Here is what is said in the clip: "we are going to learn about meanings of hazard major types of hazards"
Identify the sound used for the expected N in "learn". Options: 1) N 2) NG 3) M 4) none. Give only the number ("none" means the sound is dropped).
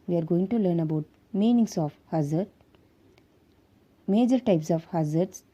1